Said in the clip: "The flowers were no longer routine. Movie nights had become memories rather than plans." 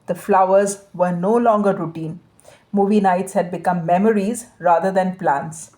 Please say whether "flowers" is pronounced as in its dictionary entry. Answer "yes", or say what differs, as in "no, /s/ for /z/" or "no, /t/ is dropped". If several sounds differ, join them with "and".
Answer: yes